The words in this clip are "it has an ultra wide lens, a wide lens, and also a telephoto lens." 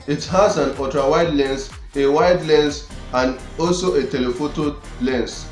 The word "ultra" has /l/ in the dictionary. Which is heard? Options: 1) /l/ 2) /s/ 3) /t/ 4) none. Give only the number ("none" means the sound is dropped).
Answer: 4